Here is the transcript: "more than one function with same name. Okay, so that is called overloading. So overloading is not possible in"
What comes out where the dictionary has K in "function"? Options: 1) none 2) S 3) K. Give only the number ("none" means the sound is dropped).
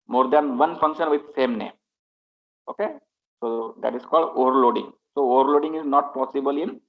3